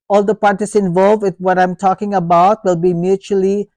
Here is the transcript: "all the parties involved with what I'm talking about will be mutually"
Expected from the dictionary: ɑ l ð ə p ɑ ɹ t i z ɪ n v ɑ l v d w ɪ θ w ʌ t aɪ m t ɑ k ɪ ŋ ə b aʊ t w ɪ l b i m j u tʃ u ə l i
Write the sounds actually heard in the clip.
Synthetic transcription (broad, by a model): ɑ l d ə p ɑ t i s ɪ n v ɑ l v d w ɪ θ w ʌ t aɪ m t ɑ k ɪ ŋ ə b aʊ t w ɪ l b i m j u tʃ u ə l i